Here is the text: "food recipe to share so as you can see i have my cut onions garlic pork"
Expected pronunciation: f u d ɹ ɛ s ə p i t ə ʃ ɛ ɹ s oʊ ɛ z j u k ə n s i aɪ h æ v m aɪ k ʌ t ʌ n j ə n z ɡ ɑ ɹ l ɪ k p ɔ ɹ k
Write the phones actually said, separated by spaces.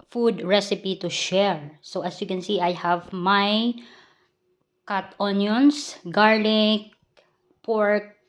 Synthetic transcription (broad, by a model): f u d ɹ ɛ s ə p i t ə ʃ ɛ ɹ s oʊ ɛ s j u k ə n s i aɪ h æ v m aɪ k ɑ t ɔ n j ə n s ɡ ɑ ɹ l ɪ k p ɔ ɹ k